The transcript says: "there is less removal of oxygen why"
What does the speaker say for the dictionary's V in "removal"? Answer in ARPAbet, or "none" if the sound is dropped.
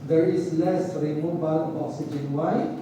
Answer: B